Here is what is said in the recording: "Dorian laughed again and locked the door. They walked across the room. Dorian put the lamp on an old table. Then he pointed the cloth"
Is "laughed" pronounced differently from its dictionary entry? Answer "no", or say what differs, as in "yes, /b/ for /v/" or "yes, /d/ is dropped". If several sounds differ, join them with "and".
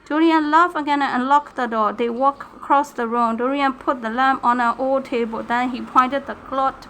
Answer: yes, /t/ is dropped